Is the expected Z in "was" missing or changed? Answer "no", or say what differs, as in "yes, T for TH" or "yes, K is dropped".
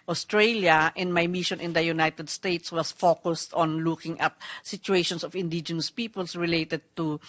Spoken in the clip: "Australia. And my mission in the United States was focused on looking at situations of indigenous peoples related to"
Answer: yes, S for Z